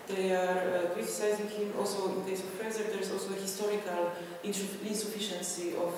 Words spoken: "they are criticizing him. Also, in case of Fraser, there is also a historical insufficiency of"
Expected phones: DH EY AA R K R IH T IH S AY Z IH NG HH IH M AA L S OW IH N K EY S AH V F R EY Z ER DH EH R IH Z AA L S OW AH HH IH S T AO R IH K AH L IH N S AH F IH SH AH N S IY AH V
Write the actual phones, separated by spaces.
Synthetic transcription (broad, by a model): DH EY AA R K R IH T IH S AY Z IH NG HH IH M AA L S OW IH N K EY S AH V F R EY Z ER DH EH R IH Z AA L S OW AH HH IH S T AO R IH K AH L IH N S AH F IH SH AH N S IY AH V